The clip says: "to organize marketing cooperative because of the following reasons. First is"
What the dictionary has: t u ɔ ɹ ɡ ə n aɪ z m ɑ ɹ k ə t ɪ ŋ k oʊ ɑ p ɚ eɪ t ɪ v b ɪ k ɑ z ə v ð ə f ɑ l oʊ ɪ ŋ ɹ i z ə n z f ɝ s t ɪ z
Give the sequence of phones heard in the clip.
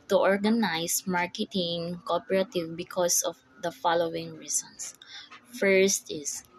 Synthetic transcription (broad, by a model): t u ɔ ɹ ɡ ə n aɪ s m ɑ ɹ k ə t ɪ ŋ k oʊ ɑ p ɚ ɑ t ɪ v b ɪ k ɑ s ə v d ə f ɑ l oʊ ɪ ŋ ɹ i s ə n s f ɝ s t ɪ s